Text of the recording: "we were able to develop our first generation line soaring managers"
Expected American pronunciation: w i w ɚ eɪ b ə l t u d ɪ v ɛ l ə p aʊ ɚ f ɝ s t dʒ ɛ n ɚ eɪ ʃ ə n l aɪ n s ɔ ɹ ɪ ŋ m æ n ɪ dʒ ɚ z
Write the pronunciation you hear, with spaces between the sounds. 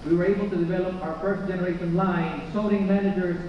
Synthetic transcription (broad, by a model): w i w ɚ eɪ b ə l t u d ɪ v ɛ l ə p aʊ ɚ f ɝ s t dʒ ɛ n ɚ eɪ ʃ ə n l aɪ n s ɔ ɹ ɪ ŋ m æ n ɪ dʒ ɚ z